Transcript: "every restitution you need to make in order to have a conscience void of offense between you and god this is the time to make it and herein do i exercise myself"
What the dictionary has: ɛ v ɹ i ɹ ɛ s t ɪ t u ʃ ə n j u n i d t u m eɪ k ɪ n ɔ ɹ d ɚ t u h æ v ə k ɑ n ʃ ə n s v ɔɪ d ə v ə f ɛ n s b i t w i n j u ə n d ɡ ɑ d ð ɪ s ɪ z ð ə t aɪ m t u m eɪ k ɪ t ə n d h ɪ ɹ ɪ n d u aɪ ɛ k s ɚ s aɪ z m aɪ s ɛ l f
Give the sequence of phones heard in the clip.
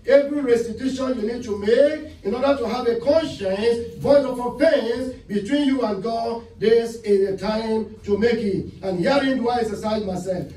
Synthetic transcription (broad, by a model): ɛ v ɹ i ɹ ɛ s t ɪ t u ʃ ə n j u n i d t u m eɪ k ɪ n ɔ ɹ d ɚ t u h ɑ v ə k ɑ n ʃ ə n s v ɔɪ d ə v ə p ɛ n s b i t w i n j u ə n ɡ ɑ d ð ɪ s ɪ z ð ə t aɪ m t u m eɪ k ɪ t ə n h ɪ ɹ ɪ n d u aɪ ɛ s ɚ s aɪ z m aɪ s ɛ l f